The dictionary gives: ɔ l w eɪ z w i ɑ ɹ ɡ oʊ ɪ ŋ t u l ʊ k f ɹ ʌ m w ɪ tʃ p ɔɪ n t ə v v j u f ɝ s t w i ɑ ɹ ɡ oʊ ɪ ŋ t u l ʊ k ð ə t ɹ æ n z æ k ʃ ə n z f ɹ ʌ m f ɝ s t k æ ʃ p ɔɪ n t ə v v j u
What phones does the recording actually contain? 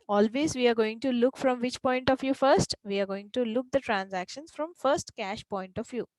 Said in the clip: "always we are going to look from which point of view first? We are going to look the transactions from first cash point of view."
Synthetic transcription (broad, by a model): ɔ l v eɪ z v i ɑ ɹ ɡ oʊ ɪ ŋ t u l ʊ k f ɹ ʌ m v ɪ tʃ p ɔɪ n t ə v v j u f ɝ s t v i ɑ ɹ ɡ oʊ ɪ ŋ t u l ʊ k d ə t ɹ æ n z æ k ʃ ə n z f ɹ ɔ m f ɝ s t k æ ʃ p ɔɪ n t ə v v j u